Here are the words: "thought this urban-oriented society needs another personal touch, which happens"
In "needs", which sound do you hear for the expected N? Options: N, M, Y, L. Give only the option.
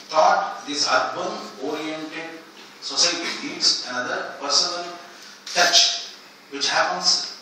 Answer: L